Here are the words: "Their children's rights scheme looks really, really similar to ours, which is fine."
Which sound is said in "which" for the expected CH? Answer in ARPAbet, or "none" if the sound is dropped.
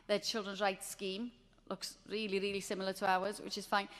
CH